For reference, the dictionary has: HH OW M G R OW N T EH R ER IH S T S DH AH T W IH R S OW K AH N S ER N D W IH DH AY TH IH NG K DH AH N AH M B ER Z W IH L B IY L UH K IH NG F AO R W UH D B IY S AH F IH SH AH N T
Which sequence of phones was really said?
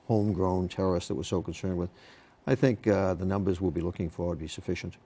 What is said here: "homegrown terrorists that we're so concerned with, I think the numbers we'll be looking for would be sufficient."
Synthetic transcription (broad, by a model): HH OW M G R OW N T EH R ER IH S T DH AH T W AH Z S OW K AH N S ER N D W IH DH AY TH IH NG K DH AH N AH M B ER Z W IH L B IY L UH K IH NG F AO R W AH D B IY S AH F IH SH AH N T